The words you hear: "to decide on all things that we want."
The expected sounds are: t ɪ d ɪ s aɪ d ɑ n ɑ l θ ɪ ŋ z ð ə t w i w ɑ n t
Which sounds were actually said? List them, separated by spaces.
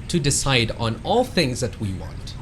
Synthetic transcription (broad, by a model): t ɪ d ɪ s aɪ d n ɑ l θ ɪ ŋ z ð ə t w i w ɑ n t